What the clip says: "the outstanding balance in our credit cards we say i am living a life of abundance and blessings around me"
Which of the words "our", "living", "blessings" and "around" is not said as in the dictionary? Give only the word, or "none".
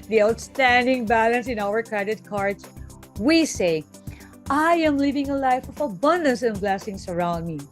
blessings